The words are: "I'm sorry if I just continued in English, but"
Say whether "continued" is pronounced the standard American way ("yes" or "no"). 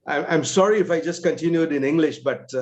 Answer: yes